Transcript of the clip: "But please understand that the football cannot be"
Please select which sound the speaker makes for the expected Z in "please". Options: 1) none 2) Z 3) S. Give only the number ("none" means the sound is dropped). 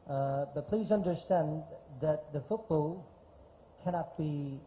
2